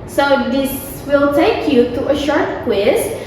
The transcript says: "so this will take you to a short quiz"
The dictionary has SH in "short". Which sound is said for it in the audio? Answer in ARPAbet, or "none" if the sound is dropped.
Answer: SH